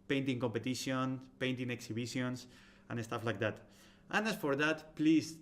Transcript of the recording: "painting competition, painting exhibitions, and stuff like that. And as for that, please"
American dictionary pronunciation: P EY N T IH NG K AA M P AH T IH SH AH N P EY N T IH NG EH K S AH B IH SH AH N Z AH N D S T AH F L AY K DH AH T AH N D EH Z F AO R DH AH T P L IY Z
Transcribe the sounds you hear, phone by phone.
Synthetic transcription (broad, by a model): P EY N T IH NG K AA M P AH T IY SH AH N P EY N T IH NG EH K S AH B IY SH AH N S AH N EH S T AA F L AY K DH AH T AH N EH S F AO R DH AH T P L IY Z